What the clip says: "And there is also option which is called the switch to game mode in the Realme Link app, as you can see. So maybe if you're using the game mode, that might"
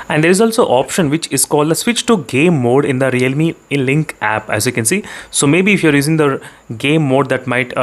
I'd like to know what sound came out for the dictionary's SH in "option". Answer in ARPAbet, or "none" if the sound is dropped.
SH